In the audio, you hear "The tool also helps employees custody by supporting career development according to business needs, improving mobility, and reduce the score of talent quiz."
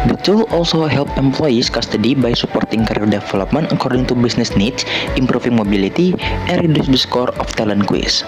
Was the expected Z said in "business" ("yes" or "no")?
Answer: no